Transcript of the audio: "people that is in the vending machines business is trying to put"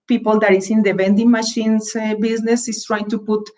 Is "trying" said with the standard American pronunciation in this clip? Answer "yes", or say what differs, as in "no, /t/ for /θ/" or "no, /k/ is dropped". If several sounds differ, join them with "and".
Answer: yes